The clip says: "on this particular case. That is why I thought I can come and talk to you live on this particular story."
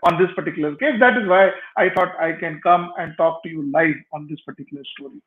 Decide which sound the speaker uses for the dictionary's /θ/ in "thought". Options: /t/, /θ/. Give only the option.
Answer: /t/